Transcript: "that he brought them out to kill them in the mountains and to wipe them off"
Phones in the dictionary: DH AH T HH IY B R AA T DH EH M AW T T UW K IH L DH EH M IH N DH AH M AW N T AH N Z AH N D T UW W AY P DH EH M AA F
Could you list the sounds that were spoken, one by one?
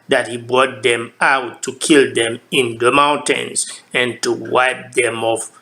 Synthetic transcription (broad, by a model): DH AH T HH IY B R AA T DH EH M AW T T UW K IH L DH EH M IH N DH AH M AW N T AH N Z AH N T UW W AY P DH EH M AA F